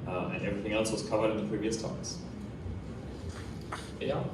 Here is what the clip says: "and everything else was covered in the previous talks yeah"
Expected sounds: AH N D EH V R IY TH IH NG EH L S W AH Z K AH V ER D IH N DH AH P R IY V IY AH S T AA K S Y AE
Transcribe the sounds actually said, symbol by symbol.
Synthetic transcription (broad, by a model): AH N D EH V R IY TH IH NG EH L S W AH Z K AH V ER D IH N DH AH P R IY V IY AH S T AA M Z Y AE